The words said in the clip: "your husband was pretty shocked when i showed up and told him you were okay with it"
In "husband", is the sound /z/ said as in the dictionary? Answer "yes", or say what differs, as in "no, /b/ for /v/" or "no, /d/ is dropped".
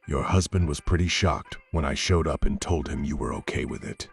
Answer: yes